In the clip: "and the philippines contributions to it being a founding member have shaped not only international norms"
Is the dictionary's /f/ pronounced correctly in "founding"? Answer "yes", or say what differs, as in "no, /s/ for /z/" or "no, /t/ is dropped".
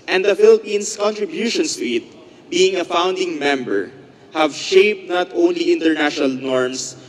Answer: yes